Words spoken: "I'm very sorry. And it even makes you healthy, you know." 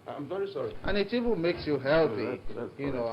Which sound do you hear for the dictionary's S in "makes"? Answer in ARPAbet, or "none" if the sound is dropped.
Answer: S